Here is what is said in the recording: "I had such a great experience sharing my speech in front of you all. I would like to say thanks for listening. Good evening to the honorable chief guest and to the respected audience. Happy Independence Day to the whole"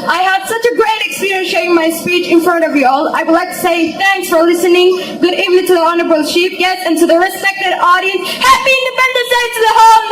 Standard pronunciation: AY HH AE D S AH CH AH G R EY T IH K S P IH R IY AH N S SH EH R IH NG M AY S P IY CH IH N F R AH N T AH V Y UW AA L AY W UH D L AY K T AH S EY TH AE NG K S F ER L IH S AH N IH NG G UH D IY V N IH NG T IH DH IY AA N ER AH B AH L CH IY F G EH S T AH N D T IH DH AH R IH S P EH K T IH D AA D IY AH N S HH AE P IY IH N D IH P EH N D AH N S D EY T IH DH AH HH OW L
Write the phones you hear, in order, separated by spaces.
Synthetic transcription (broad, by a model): AY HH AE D S AH CH AH G R EY T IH K S P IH R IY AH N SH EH IH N M AY S P IY CH IH N F R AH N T AH V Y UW AA L AY W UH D L AY K T AH S EY TH AE NG K S F ER L IH S AH N IH NG G UH D IY V N IH NG T IH DH IY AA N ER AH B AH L SH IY P G EH S T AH N T IH DH AH R IH S P EH K T IH D AA D IY AH N S HH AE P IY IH N D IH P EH N D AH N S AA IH T IH DH AH HH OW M